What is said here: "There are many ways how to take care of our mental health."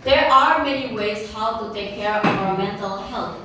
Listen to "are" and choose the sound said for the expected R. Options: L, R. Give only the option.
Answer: R